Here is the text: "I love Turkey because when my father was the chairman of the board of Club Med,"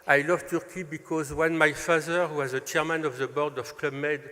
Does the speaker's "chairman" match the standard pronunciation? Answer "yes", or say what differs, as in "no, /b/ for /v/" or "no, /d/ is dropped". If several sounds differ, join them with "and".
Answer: yes